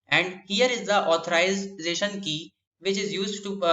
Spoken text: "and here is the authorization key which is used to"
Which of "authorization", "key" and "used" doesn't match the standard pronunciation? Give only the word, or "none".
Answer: authorization